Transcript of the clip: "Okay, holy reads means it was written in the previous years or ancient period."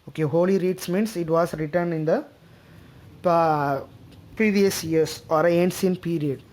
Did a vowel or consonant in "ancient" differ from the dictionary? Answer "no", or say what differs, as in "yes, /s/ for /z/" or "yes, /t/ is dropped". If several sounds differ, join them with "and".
yes, /s/ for /ʃ/